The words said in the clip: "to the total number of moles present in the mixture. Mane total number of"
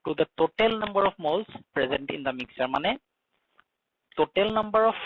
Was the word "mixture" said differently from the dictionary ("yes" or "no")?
yes